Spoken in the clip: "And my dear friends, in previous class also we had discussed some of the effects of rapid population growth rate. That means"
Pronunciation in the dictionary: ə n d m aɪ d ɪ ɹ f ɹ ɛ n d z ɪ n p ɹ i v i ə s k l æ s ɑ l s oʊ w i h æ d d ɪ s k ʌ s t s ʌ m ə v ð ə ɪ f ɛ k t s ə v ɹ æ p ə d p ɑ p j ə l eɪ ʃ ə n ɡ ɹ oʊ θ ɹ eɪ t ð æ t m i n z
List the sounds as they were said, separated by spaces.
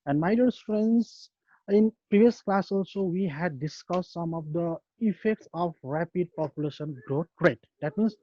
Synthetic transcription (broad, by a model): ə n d m aɪ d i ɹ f ɹ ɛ n d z ɪ n p ɹ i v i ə s k l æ s ɑ l s oʊ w i h æ d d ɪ s k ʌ s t s ʌ m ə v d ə ɪ f ɛ k t s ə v ɹ æ p ə d p ɑ p j ə l eɪ ʃ ə n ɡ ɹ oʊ t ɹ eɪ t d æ t m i n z